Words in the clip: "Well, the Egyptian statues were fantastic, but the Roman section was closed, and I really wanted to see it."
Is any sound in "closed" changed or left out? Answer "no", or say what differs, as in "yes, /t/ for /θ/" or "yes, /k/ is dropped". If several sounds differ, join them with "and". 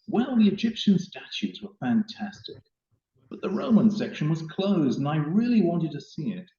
no